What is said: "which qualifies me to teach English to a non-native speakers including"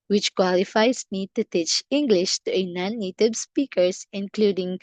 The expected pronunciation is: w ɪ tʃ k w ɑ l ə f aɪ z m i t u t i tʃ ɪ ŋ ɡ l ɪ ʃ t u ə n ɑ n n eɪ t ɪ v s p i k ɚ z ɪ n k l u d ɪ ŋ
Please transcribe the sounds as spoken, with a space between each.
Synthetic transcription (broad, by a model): w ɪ tʃ k w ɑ l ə f aɪ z m i t u t i tʃ ɪ ŋ ɡ l ɪ ʃ t u ə n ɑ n n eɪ t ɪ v s p i k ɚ s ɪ n k l u d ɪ ŋ